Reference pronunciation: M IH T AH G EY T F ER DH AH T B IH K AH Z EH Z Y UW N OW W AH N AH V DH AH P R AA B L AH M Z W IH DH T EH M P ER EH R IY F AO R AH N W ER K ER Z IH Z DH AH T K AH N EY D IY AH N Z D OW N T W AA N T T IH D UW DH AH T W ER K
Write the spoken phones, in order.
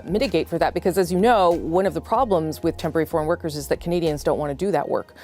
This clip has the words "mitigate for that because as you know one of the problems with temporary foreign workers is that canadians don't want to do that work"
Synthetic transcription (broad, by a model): M IH T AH G EY T F ER DH AH T B IH K AH Z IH Z Y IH N OW W AH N AH V DH AH P R AA B L AH M Z W IH DH T EH M P ER EH R IY F AO R AH N W ER K ER Z IH Z DH AH T K AH N EY D IY AH N Z D OW N T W AA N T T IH D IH DH AH T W ER K